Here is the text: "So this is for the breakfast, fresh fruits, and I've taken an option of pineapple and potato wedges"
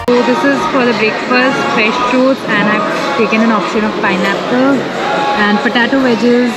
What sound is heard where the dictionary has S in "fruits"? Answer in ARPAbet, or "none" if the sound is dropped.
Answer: none